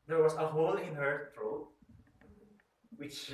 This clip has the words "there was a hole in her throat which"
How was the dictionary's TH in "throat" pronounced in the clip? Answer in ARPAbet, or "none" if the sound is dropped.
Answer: T